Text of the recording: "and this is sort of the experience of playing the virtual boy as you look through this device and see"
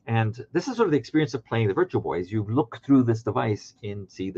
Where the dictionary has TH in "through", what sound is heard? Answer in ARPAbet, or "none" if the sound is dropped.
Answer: TH